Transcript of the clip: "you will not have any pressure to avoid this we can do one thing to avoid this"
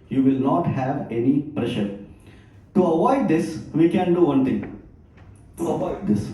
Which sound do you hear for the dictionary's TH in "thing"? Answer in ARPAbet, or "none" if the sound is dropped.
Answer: T